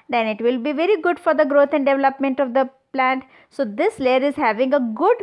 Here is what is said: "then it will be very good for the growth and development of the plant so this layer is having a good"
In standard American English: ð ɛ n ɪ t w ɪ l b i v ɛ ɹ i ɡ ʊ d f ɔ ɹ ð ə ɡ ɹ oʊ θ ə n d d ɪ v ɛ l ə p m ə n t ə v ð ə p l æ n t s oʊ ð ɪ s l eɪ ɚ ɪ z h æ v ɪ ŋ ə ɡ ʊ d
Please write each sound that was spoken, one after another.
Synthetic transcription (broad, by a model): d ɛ n ɪ t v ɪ l b i v ɛ ɹ i ɡ ʊ d f ɔ ɹ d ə ɡ ɹ oʊ t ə n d d ɪ v ɛ l ə p m ə n t ə v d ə p l æ n t s oʊ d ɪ s l eɪ ɚ ɪ z h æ v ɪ ŋ ə ɡ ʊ d